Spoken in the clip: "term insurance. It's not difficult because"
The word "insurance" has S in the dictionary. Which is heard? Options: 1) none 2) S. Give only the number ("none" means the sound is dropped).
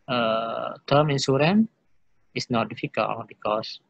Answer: 1